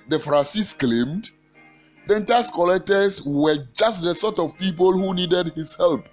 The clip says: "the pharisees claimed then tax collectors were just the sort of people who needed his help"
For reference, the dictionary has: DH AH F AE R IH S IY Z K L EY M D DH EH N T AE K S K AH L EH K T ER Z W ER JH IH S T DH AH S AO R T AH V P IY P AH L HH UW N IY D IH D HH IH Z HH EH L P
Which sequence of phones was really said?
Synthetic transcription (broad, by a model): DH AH F R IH S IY S K L EY M D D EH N T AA S K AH L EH K T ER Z W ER JH IH S T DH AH S AO T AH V P IY P AH L HH UW N IY D IH D HH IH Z HH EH L P